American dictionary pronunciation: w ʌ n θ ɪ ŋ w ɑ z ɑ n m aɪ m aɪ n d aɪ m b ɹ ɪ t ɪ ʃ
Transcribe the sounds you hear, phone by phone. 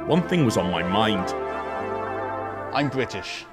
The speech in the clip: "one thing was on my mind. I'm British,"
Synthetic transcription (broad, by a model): w ʌ n θ ɪ ŋ w ɑ z n m aɪ m aɪ n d aɪ m b ɹ ɪ t ɪ ʃ